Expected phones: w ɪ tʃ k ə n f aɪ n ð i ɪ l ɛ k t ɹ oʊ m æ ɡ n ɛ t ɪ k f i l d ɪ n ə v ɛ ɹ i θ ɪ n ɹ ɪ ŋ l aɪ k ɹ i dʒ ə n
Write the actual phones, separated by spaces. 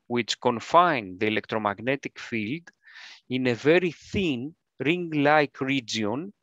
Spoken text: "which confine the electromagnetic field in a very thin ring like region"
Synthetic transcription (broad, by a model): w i tʃ k ə n f aɪ n ð i ɪ l ɛ k t ɹ oʊ m æ ɡ n ɛ t ɪ k f i l d ɪ n ə v ɛ ɹ i θ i n ɹ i ŋ l aɪ k ɹ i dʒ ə n